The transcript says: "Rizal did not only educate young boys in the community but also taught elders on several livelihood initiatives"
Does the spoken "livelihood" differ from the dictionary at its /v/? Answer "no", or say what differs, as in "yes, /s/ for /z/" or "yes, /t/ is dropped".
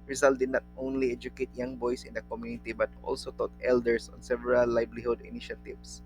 yes, /b/ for /v/